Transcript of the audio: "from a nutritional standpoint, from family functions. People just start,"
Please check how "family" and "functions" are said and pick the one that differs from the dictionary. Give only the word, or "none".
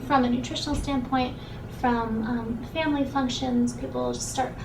none